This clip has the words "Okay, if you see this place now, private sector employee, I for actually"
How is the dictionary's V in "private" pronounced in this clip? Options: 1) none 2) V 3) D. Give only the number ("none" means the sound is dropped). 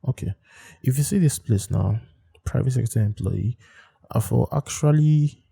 2